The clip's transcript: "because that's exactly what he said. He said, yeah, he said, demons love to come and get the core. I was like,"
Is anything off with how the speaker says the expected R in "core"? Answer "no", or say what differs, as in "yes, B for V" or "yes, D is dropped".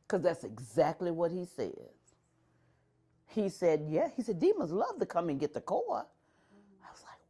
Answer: yes, L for R